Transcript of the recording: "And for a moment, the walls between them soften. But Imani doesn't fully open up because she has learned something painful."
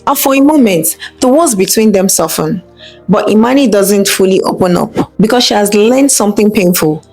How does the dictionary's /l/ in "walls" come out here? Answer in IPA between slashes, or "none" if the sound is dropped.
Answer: none